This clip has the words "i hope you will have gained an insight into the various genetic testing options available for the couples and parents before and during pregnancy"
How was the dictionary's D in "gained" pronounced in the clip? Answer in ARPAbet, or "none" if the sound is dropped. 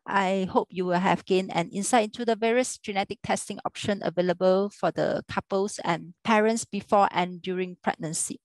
none